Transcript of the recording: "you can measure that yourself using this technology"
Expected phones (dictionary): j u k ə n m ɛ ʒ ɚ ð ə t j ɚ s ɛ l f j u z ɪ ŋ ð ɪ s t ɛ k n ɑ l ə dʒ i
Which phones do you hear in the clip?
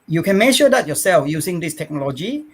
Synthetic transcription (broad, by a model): j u k ə n m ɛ ʃ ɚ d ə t j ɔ s ɛ l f j u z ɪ ŋ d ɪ s t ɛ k n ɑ l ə dʒ i